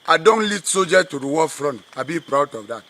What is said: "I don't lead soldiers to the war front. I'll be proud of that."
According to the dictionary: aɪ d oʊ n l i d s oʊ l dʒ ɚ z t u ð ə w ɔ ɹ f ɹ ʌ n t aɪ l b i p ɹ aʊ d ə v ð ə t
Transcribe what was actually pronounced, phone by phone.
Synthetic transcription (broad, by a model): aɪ d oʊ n l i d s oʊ dʒ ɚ t u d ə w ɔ f ɹ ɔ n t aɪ b i p ɹ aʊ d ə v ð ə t